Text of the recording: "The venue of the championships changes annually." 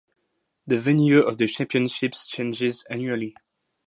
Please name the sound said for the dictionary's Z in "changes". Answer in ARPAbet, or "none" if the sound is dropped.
Z